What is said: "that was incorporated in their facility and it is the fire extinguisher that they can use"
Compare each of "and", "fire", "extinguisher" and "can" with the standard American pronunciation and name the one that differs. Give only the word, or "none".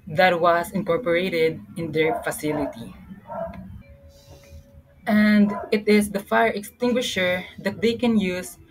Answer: none